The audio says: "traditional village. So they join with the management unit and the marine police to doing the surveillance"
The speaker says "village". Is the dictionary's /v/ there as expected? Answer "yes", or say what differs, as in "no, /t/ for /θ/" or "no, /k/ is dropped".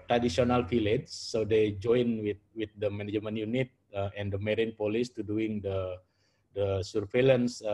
no, /f/ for /v/